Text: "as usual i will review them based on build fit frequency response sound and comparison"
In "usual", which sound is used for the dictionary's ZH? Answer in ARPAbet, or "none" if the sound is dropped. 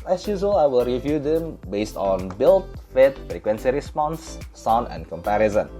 Z